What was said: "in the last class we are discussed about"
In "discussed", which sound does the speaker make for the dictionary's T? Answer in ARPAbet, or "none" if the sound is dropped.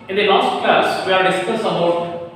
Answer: none